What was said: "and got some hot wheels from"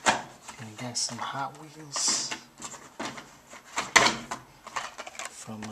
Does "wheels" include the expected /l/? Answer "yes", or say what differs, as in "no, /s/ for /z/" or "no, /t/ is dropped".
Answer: no, /n/ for /l/